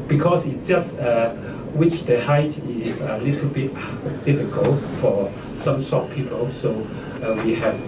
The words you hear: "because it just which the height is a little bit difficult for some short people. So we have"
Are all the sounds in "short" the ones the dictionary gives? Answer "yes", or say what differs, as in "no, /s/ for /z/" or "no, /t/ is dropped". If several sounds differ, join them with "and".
no, /s/ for /ʃ/